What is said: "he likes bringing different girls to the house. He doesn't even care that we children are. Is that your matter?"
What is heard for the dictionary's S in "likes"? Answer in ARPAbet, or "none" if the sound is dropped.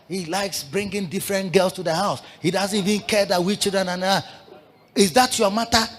S